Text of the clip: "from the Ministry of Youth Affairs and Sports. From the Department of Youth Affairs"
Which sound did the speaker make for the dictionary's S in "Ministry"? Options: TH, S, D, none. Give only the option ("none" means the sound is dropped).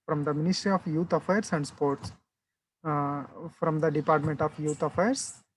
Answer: S